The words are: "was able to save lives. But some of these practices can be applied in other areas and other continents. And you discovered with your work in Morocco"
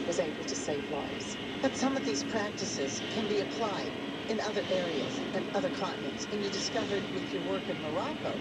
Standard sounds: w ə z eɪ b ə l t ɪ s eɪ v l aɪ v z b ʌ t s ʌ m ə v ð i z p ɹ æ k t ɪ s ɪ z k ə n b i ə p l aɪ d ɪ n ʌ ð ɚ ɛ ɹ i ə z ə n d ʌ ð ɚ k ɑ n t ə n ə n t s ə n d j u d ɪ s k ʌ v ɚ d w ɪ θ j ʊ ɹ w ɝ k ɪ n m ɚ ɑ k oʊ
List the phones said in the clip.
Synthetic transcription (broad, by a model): w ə z eɪ b l t ɪ s eɪ v l aɪ v z b ʌ t s ʌ m ə v ð i z p ɹ æ k t ɪ s ɪ z k ə n b i ə p l aɪ d ɪ n ʌ ð ɚ ɛ ɹ i ə z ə n ʌ ð ɚ k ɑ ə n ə t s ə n j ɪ d ɪ s k ʌ v ɚ d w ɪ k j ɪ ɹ w ɝ k ɪ n m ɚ ɑ k oʊ